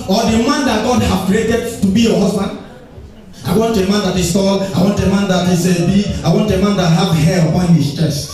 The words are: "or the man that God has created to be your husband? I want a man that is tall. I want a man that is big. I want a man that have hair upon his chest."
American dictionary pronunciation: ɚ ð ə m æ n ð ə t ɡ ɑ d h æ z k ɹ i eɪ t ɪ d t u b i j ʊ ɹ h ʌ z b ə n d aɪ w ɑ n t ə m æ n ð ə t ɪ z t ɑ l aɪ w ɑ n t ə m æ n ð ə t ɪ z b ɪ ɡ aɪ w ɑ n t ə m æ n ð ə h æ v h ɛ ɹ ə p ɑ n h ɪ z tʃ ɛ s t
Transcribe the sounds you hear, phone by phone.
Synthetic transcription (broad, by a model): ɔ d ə m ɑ n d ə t ɡ ɑ d h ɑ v k ɹ i eɪ t ɪ d t u b i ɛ h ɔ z b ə n d aɪ w ɑ n t ə m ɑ n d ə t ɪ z t ɑ l aɪ w ɑ n t ə m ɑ n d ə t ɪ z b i aɪ w ɑ n t ə m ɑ n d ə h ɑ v h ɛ l ə p ɑ n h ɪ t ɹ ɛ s